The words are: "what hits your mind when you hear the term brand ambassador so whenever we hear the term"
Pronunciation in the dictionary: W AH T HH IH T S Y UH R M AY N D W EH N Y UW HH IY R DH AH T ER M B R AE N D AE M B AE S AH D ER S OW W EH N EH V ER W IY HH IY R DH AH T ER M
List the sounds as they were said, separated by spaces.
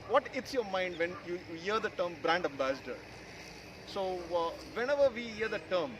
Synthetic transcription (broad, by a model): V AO T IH T S Y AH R M AY N D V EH N Y UW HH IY R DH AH T ER M B R AE N D AE M B AE S AH D ER S OW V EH N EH V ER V IY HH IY R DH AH T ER M